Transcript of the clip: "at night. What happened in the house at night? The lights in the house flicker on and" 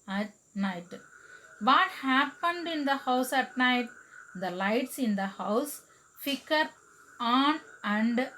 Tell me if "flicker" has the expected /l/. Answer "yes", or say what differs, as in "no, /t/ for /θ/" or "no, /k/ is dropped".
no, /l/ is dropped